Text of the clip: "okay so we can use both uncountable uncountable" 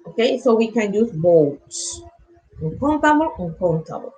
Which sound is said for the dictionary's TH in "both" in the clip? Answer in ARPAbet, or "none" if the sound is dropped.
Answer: T